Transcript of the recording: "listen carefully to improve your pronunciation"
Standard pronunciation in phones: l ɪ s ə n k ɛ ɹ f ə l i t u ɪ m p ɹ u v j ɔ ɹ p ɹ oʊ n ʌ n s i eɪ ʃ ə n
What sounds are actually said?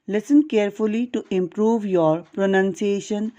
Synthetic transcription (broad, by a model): l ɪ s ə n k ɛ ɹ f ə l i t u ɪ m p ɹ u v j ɔ ɹ p ɹ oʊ n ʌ n s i eɪ ʃ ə n